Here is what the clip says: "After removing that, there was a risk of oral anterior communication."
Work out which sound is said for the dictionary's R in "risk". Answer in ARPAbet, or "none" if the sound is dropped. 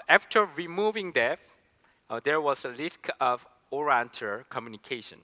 L